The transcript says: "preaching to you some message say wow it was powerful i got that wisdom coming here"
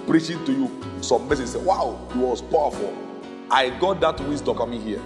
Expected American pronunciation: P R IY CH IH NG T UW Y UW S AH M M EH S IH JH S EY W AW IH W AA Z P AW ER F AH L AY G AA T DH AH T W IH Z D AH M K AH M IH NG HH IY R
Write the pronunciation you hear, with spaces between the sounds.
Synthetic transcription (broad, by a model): P R IY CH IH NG T UW Y UW S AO M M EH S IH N S EY W AW IH W AA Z P AW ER F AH L AY G AA T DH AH T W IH S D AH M K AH M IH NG HH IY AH